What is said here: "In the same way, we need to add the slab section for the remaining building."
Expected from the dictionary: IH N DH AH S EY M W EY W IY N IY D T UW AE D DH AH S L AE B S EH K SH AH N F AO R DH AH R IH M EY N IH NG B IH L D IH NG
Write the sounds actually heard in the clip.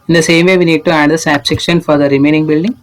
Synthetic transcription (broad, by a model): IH N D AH S EY M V EY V IY N IY D T UW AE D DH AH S AE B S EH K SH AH N F AO R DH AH R IH M EY N IH NG B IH L D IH NG